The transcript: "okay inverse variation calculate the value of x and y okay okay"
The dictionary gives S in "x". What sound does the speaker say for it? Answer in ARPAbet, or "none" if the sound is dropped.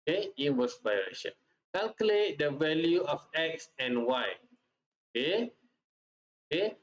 S